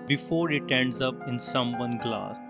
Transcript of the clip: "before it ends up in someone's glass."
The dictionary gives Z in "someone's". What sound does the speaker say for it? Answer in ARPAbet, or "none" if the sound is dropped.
none